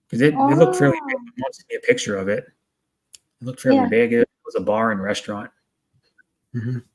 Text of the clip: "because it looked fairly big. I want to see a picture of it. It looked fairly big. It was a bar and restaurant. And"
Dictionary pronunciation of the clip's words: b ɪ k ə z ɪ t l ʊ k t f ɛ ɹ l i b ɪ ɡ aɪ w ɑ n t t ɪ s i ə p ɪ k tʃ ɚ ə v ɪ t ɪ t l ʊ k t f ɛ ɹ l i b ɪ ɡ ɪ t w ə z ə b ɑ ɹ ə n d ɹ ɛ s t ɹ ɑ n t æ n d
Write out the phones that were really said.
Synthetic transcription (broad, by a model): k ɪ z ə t ɪ t l ʊ k t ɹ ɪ l i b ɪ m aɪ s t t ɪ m i ə p ɪ k tʃ ɚ ə v ɪ t ɪ t l ʊ k t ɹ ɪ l i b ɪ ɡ ɪ t w ə z ə b ɑ ɹ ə n ɹ ɛ s t ɹ ɑ n t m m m